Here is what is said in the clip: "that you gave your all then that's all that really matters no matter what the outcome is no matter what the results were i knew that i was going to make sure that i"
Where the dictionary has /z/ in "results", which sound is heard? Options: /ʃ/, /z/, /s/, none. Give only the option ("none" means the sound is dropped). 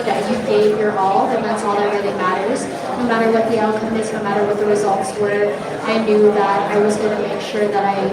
/z/